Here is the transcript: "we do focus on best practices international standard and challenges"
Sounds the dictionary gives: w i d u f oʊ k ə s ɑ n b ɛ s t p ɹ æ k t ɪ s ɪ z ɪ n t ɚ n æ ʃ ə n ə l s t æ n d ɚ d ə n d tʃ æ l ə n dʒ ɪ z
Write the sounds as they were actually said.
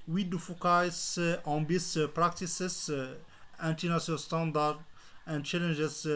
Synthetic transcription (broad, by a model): w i d u f oʊ k ə s ɑ n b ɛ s p ɹ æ k t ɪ s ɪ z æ n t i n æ s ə ə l s t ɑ n d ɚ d ə n d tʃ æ l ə n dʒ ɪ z